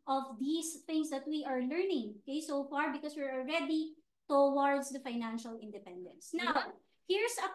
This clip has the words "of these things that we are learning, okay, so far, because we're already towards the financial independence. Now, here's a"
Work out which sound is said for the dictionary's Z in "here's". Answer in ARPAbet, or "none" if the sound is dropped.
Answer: S